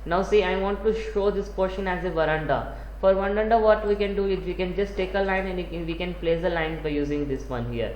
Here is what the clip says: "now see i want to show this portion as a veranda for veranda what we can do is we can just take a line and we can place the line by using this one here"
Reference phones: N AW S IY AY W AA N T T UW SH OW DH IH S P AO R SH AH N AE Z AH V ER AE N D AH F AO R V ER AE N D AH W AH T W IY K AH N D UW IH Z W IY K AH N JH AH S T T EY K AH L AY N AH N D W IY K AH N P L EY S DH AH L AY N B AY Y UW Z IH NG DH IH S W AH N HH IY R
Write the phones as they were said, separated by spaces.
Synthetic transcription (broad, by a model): N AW S IY AY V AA N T T UW SH OW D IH S P AO R SH AH N AE Z AH V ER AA N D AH F AO R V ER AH N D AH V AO T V IY K AH N D UW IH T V IY K AH N JH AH S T T EY K AH L AY N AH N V IY K AH N P L EY S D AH L AY N B AY Y UW Z IH NG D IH S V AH N HH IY R